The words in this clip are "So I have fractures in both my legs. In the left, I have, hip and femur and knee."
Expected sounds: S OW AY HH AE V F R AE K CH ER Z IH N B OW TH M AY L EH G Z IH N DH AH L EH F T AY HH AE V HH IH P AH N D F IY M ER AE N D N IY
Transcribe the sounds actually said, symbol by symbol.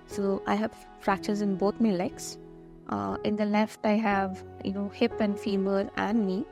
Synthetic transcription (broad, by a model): S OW AY HH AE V F R AE K CH ER Z IH N B OW T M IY L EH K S IH N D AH L EH F T AY HH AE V HH IH P AH N D F IY M ER AE N D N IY